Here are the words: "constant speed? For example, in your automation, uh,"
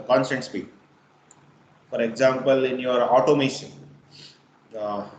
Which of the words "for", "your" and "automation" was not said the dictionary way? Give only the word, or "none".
automation